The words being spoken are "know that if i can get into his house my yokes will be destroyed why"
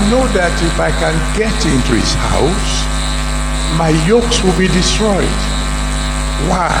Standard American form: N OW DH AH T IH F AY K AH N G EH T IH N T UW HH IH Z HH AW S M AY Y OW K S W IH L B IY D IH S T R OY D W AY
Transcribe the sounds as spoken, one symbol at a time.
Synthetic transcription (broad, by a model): N OW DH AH T IH F AY K AH N G EH T IH N T UW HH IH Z HH AW S M AY Y OW K S W IH L B IY D IH S T R OY D W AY